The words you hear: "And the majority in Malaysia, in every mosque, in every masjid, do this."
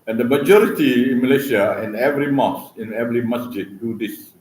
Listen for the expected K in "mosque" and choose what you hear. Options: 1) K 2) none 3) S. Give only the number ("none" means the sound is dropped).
2